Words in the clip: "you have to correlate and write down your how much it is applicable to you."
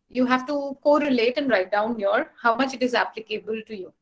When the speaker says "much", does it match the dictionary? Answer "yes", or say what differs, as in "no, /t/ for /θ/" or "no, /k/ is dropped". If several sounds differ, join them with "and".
yes